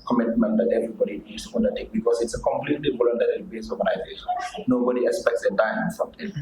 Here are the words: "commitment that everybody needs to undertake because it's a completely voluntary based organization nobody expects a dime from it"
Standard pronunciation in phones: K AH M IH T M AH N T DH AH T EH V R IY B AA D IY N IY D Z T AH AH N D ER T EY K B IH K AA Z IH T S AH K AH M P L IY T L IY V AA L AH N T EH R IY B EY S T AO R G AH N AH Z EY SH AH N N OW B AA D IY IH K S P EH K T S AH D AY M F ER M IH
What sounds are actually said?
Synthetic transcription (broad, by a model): K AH M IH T M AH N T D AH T EH V R IY B AA D IY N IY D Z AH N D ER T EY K B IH K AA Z IH T S AH K AH M P L IY T L IY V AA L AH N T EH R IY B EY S AO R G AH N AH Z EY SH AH N N OW B AA D IY IH K S P EH K T S AH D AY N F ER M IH